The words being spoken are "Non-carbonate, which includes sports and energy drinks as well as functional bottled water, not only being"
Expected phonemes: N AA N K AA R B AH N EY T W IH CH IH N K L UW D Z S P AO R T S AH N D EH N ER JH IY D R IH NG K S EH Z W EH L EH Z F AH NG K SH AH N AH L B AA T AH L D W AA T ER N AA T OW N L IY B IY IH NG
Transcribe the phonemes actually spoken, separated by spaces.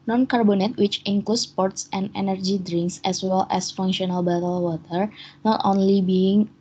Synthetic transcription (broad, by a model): N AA N K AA R B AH N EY T W IH CH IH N K L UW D S P AO R T S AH N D EH N ER JH IY D R IH NG K S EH S W EH L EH S F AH NG K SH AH N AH L B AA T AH L W AA T ER N AA T OW N L IY B IY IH NG